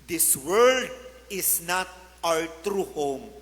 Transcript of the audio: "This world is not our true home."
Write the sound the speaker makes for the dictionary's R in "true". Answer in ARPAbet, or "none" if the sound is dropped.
R